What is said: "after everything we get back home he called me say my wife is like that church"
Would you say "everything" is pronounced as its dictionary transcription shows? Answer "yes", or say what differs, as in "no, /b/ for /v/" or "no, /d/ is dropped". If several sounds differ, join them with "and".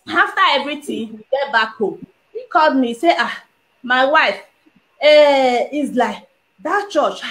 no, /t/ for /θ/